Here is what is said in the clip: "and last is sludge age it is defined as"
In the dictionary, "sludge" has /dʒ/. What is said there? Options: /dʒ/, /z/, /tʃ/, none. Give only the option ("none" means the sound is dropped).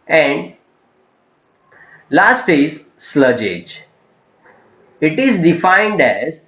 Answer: /dʒ/